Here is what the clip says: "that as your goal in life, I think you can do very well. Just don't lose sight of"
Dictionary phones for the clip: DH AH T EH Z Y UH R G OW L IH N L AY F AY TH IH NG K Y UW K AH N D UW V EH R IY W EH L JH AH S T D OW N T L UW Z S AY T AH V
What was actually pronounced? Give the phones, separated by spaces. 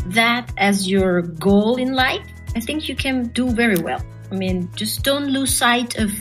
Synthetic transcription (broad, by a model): DH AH T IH Z Y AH R G OW L IH N L AY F AY TH IH NG K Y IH K AH N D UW V EH R IY W EH L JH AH S D OW N T L UW Z S AY T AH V